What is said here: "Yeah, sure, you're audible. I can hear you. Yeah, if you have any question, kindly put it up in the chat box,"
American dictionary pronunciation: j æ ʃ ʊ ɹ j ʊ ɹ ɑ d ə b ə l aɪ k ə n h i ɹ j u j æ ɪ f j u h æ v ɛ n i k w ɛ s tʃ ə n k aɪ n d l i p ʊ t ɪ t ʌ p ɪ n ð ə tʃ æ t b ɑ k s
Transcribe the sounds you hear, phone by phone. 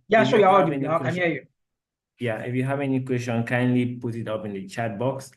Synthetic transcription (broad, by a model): j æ s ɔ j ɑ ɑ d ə ə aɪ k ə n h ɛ j u j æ ɪ f j u h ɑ v ɛ n i k w ɛ s tʃ ə n k aɪ n d l i p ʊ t ɪ t ʌ p ɪ n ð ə tʃ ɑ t b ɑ k s